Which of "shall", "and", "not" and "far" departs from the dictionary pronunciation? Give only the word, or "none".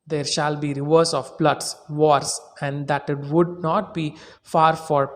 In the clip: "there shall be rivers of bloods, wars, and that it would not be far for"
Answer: none